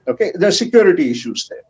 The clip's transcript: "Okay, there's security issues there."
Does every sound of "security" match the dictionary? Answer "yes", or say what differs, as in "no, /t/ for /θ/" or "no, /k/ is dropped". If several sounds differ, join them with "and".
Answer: yes